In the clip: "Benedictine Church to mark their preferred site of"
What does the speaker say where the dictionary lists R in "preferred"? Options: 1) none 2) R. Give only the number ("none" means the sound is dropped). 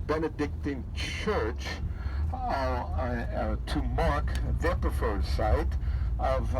1